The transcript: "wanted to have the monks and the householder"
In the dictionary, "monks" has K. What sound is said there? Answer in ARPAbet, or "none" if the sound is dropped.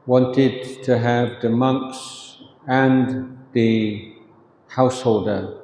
K